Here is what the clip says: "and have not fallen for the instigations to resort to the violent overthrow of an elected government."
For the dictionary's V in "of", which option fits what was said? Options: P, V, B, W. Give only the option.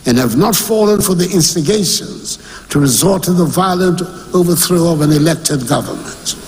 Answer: V